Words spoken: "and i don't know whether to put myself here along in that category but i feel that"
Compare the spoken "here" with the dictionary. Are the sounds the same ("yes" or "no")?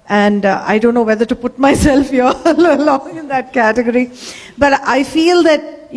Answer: no